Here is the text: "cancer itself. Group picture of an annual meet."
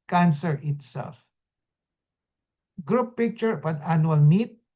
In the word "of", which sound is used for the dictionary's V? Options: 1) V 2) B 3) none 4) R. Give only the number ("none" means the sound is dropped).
2